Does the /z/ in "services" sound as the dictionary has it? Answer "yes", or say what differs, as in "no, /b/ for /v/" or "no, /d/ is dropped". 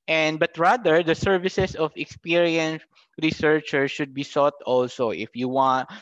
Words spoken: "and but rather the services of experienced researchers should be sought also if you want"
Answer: no, /s/ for /z/